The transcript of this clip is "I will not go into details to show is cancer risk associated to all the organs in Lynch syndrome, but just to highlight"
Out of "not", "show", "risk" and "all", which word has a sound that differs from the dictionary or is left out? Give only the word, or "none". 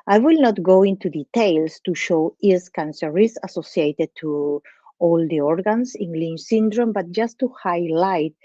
risk